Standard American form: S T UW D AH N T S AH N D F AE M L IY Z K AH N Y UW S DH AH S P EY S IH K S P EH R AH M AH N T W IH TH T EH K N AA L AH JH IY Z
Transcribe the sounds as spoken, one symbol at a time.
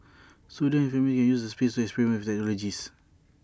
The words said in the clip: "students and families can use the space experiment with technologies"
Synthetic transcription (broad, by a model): S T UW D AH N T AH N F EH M IY K AH N Y UW S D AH S P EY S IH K S P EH R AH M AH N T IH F T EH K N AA L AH JH IY S